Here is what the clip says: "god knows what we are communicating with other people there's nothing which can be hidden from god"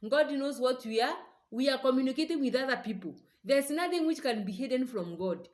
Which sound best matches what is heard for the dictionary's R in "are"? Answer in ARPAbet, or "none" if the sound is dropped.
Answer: W